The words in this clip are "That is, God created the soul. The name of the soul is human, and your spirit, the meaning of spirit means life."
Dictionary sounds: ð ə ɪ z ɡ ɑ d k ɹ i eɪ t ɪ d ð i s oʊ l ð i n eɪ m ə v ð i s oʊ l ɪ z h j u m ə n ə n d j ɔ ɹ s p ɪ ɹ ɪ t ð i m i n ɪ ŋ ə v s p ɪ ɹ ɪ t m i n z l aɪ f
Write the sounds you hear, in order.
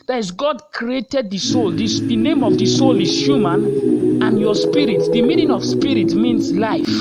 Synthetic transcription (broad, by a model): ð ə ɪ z ɡ ɑ d k ɹ i eɪ t ɪ d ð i s oʊ l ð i n eɪ m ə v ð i s oʊ l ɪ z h j u m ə n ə n j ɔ s p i ɹ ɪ t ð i m i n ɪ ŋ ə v s p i ɹ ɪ t m i n s l aɪ f